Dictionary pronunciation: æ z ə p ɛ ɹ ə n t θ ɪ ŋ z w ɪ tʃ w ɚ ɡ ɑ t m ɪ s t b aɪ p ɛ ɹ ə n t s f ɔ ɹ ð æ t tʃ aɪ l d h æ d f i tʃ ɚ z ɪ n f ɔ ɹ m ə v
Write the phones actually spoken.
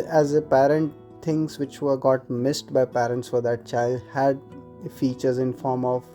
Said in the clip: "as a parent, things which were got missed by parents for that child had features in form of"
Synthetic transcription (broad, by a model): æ z ə p ɛ ɹ ə n t t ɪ ŋ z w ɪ tʃ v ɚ ɡ ɑ t m ɪ s t b aɪ p ɛ ɹ ə n t s f ɔ ɹ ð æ t tʃ aɪ l d h æ d f i tʃ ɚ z ɪ n f ɔ ɹ m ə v